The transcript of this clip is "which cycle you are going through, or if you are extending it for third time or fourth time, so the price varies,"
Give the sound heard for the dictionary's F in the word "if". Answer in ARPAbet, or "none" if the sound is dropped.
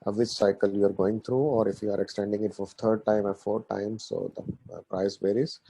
F